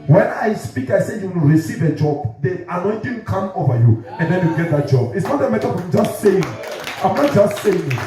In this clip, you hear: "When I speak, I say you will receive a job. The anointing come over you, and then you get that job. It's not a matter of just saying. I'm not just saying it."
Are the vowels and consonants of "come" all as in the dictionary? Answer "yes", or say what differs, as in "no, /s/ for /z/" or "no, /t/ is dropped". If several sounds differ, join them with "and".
yes